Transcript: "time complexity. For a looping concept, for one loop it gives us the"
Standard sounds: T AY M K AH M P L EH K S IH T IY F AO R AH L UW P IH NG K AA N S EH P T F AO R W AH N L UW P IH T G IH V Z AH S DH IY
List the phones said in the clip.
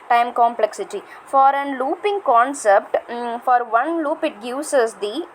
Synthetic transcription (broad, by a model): T AY M K AH M P L EH K S IH T IY F AO R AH L UW P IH NG K AA N S EH P T F AO R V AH N L UW P IH T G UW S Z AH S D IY